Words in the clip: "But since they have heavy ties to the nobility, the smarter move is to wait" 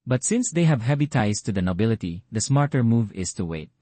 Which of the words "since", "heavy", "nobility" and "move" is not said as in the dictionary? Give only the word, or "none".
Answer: heavy